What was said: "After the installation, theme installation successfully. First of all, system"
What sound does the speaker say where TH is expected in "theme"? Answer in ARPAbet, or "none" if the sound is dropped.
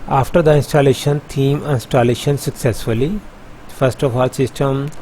T